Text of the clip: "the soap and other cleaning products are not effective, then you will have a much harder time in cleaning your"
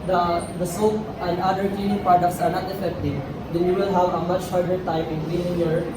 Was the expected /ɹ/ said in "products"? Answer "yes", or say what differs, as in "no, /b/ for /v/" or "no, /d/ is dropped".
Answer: no, /ɹ/ is dropped